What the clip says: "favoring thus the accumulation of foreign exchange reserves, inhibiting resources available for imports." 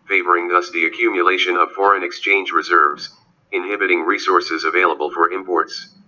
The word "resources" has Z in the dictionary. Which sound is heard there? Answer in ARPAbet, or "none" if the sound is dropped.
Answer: Z